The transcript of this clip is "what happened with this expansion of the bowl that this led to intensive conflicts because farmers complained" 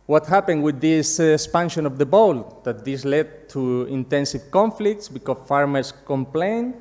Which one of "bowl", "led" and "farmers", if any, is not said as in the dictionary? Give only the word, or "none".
farmers